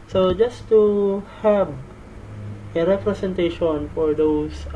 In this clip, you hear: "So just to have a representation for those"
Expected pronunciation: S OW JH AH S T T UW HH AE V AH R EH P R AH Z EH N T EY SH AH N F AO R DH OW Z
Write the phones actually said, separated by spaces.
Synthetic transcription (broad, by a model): S OW JH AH S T T UW HH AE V AH R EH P R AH S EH N T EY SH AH N F AO R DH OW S